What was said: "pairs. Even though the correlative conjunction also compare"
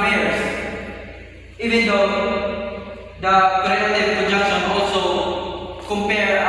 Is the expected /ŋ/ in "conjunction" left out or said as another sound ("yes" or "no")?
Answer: yes